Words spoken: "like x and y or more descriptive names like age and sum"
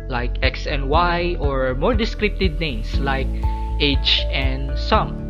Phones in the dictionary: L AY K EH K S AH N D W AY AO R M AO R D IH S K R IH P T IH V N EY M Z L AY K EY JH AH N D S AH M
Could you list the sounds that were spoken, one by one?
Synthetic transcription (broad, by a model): L AY K EH K S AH N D W AY AO R M AO R D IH S K R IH P T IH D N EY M S L AY K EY CH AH N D S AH M